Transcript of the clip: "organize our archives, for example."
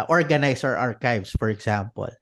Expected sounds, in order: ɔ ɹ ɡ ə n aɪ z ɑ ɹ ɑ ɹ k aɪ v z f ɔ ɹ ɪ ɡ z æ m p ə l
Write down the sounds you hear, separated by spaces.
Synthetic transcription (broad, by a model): ɔ ɹ ɡ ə n aɪ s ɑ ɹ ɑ ɹ k aɪ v s f ɔ ɹ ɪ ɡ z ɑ m p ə l